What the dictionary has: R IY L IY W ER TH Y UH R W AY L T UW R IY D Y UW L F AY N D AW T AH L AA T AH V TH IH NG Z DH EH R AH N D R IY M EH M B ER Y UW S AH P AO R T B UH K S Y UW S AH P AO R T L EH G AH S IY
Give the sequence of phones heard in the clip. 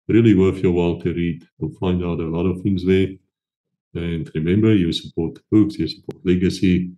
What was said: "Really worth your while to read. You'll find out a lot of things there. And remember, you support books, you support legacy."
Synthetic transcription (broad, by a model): R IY L IY W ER F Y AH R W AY L T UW R IY D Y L F AY N D AW T AH L AA T AH V TH IH NG Z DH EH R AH N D R IY M EH M B ER Y UW S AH P AO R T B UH K S Y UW S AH P AO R T L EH G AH S IY